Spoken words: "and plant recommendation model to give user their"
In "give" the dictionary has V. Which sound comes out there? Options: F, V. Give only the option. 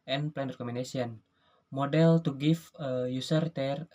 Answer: F